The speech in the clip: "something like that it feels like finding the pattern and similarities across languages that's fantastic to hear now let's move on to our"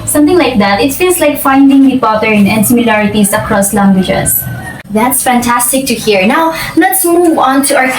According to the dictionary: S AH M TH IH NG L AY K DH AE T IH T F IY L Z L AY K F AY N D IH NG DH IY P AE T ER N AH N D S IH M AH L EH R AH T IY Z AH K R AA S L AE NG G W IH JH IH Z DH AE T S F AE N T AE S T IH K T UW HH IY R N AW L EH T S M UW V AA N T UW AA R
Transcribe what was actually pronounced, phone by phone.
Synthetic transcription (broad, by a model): S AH M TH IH NG L AY K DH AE T IH T F IY L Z L AY K F AY N D IH NG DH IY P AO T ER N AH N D S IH M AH L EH R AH T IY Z AH K R AA S L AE NG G W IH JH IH S DH AE T S F AE N T AE S T IH K T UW HH IY R N AW L EH T S M UW V AA N T UW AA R